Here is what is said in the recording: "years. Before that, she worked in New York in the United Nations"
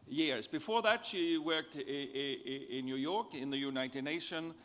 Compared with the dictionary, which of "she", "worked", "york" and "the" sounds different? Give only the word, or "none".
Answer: none